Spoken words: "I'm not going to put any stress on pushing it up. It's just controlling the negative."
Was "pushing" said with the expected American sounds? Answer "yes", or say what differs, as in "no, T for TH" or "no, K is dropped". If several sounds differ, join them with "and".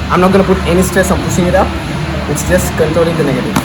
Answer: no, S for SH